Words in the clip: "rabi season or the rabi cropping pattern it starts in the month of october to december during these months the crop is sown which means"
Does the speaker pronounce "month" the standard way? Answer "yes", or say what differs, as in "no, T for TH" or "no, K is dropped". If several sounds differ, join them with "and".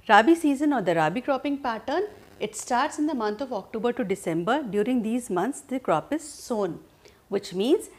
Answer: no, T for TH